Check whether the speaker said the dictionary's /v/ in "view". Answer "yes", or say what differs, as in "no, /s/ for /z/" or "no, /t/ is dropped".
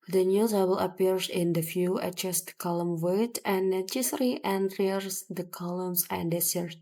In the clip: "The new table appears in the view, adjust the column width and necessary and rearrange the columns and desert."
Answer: no, /f/ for /v/